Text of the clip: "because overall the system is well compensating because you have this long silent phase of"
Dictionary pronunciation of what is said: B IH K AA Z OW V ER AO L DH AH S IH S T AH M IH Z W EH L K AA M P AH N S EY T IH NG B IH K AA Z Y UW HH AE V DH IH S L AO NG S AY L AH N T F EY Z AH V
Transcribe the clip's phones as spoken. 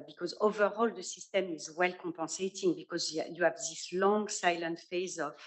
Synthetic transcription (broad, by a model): B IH K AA Z OW V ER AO L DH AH S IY S T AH M IH Z W EH L K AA P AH S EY T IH NG B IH K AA Z Y UW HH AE V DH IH S L AO NG S AY L AH N T F EY Z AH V